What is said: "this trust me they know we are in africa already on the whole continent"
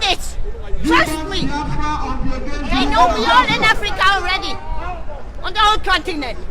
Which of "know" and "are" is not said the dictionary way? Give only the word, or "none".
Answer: are